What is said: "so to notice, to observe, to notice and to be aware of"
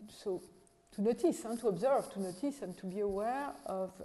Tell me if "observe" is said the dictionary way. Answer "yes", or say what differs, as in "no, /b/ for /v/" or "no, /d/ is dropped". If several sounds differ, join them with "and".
yes